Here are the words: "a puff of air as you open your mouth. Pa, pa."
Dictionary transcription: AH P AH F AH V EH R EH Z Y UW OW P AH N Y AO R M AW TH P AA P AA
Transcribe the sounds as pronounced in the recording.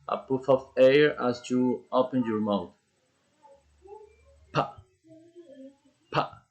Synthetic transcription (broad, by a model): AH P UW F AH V EH R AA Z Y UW OW P AH N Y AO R M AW T P AA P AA